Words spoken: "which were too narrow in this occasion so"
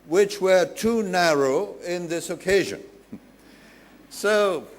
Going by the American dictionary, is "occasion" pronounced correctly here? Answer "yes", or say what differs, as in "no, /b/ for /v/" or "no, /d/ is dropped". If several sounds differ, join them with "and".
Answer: yes